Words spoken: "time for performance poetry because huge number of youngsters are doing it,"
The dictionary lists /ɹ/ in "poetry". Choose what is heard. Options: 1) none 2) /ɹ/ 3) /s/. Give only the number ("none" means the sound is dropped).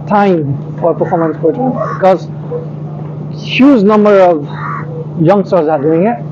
1